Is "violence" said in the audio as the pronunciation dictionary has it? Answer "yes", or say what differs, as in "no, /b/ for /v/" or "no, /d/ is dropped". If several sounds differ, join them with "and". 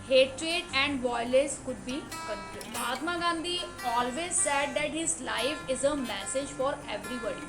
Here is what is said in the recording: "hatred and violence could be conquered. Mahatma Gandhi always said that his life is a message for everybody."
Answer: no, /n/ is dropped